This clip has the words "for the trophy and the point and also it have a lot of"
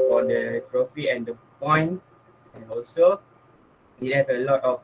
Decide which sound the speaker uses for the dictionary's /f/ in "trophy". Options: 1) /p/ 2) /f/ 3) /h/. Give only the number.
2